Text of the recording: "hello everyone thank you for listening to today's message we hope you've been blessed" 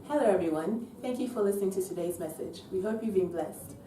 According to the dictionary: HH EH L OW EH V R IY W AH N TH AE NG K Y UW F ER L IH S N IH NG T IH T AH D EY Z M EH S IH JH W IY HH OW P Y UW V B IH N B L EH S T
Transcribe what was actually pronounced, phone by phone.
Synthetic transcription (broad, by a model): HH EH L OW EH V R IY W AH N TH AE NG K Y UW F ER L IH S N IH NG T IH T AH D EY Z M EH S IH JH W IY HH OW P Y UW V B IH N B L EH S T